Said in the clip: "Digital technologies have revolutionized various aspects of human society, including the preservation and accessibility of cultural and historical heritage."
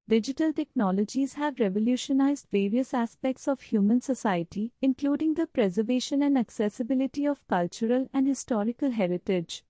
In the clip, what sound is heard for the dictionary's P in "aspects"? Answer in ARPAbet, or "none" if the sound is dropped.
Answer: P